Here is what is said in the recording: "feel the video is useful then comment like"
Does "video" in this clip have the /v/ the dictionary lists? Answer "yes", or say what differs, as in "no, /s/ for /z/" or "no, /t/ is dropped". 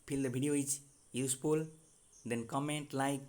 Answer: no, /b/ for /v/